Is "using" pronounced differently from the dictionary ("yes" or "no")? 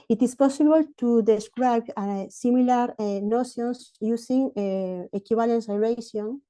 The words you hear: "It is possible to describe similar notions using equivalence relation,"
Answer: yes